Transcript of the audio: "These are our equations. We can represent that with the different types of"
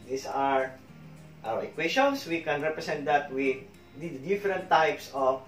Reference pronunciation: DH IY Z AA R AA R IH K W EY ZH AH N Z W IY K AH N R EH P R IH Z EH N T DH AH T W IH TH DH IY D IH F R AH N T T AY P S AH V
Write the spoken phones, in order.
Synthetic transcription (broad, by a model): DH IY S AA R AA W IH K W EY SH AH N S W IY K AH N R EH P R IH S EH N T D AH T W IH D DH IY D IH F R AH N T T AY P S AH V